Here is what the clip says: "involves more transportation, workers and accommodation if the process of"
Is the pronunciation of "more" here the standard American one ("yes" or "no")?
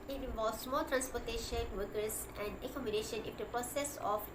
no